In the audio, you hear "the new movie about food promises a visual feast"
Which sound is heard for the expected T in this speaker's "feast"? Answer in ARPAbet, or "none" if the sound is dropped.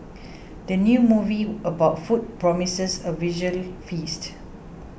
T